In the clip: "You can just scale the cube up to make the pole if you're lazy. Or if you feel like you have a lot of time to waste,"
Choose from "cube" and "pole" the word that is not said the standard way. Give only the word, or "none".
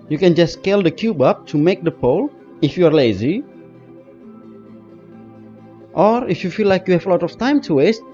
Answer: none